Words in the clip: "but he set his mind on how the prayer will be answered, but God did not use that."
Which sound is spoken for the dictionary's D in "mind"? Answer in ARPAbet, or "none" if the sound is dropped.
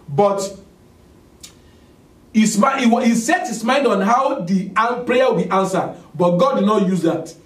D